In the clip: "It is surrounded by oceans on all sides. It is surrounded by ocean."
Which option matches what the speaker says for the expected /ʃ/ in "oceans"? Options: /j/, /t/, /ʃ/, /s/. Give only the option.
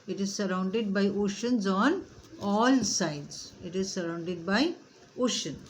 /ʃ/